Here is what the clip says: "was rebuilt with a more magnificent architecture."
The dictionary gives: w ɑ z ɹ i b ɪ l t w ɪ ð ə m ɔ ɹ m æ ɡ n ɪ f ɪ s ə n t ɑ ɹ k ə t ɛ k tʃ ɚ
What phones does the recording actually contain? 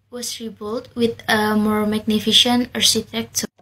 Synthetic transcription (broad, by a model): w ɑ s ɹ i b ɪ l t w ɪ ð ə m ɔ ɹ m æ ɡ n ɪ f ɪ ʃ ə n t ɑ ɹ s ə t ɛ k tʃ